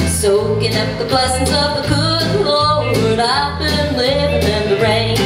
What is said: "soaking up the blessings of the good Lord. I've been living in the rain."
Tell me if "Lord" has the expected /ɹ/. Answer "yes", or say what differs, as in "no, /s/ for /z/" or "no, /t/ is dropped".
no, /w/ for /ɹ/